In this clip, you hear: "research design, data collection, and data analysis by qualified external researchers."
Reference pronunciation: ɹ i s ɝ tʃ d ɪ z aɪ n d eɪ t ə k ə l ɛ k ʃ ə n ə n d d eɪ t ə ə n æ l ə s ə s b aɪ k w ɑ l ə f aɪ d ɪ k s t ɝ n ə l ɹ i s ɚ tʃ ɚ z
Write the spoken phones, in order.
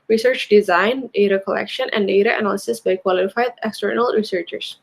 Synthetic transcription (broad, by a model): ɹ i s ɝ tʃ d ɪ z aɪ n d eɪ t ə k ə l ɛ k ʃ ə n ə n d d eɪ t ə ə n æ l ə s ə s b aɪ k w ɑ l ə f aɪ d ɪ k s t ɝ n ə l ɹ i s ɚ tʃ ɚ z